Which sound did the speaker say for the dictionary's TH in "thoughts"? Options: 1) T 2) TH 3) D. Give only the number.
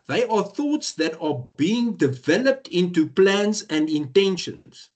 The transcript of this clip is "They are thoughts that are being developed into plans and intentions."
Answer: 2